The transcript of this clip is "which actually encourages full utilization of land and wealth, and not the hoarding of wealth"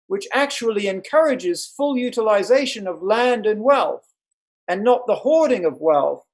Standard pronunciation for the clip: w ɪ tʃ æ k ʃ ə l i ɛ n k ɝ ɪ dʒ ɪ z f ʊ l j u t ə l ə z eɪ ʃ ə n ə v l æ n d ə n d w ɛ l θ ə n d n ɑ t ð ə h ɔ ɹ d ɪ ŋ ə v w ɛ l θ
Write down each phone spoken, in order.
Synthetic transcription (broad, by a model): w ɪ tʃ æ k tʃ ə l i ɛ n k ɝ ɪ dʒ ɪ z f ʊ l j u t ə l ə z eɪ ʃ ə n ə v l æ n d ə n w ɛ l θ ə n n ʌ t ð ə h ɔ ɹ d ɪ ŋ ə v w ɛ l θ